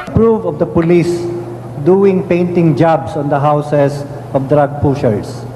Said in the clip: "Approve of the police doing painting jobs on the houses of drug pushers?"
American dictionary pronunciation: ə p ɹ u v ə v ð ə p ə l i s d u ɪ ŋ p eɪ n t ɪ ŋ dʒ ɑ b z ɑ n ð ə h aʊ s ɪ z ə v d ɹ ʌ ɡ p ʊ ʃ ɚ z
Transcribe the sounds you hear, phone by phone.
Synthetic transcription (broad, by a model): p ɹ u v ə v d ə p ə l i s d u ɪ ŋ p eɪ n t ɪ ŋ dʒ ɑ b s ɑ n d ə h aʊ s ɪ s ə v d ɹ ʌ ɡ p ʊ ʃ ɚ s